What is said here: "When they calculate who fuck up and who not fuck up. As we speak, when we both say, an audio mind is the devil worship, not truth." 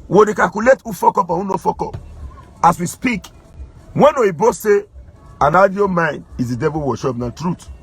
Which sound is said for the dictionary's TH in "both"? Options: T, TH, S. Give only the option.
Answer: S